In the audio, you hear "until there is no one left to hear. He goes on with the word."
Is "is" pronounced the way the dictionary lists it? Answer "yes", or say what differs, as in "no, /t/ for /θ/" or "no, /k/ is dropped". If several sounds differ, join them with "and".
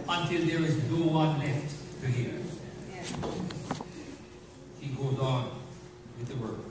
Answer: yes